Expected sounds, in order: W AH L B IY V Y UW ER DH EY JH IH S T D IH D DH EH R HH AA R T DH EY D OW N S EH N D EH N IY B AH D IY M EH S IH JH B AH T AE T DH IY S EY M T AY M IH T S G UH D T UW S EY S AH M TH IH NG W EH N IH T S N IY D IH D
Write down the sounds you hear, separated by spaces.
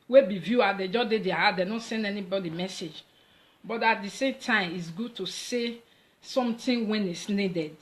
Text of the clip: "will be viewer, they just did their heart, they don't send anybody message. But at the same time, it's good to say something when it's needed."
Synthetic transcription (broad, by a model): W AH B IY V Y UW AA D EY JH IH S D IH D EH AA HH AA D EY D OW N S EH N D EH N IY B AH D IY M EH S IH JH B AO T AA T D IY S EY M T AY M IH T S G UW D T UW S EY S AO M T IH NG W EH N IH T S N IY D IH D